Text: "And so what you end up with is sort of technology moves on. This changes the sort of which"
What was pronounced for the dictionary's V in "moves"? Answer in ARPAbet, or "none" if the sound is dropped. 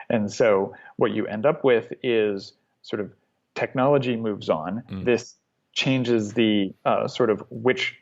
V